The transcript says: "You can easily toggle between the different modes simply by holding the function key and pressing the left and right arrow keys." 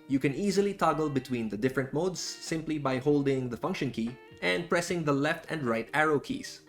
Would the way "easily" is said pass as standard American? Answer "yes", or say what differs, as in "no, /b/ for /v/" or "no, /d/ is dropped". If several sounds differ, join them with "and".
yes